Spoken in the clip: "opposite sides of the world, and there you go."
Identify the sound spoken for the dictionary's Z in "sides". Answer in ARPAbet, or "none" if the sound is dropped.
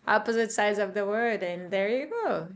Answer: Z